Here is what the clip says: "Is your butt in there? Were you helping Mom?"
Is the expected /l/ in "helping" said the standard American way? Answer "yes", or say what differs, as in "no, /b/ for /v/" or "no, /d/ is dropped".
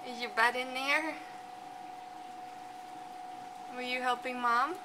yes